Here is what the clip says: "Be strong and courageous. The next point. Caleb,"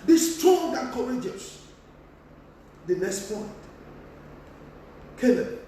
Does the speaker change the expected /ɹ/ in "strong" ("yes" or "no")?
yes